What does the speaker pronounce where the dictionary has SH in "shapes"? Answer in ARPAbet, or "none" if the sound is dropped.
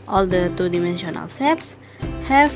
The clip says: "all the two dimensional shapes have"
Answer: S